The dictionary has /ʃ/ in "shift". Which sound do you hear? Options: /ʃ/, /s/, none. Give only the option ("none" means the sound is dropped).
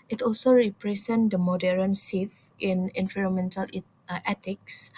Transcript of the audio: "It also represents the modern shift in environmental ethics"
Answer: /s/